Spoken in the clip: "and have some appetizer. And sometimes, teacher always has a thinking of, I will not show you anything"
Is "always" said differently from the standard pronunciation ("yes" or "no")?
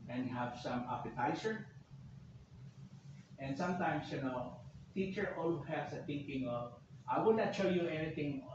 yes